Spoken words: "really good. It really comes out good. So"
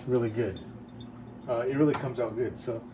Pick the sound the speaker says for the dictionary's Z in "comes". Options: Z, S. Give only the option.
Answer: Z